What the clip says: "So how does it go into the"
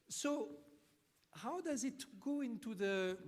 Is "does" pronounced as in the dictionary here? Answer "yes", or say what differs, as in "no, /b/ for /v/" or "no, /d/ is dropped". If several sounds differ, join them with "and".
yes